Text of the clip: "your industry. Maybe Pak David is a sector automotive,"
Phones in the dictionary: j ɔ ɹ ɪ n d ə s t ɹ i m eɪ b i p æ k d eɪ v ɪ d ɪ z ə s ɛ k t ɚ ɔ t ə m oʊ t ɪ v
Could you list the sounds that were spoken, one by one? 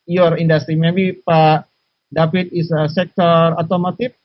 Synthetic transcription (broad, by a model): j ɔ ɹ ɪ n d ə s t ɹ i m eɪ b i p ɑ d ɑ p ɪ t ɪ s ə s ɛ k t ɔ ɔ t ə m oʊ t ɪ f